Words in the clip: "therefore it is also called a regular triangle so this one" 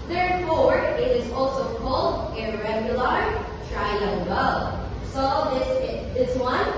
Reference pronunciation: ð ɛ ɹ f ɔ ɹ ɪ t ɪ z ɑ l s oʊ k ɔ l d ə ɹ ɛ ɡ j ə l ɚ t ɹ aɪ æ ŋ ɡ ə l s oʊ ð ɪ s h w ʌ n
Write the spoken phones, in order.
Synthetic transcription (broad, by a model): ð ɛ ɹ f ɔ ɹ ɪ t ɪ z ɑ l s oʊ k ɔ l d ə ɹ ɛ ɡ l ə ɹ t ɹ aɪ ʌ ɡ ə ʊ s oʊ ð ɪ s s w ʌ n